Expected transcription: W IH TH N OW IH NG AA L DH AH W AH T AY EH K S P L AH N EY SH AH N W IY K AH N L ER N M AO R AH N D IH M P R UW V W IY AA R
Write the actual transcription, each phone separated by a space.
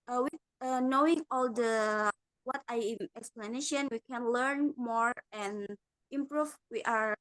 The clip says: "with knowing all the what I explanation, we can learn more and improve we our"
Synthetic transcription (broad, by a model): W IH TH N OW IH NG AA L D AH W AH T AY EH K S P L AH N EY SH AH N W IY K AH N L ER N M AO R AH N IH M P R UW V W IY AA R